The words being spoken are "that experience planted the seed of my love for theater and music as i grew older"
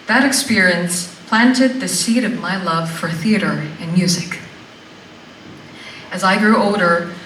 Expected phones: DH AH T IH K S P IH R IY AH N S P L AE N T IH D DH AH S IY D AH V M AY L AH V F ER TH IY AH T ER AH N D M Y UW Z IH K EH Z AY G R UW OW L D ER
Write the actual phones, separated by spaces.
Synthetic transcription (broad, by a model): DH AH T IH K S P IH R IY AH N S P L AE N T IH D DH AH S IY D AH V M AY L AH V F ER TH IY AH T ER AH N M Y UW Z IH K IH Z AY G R UW OW L D ER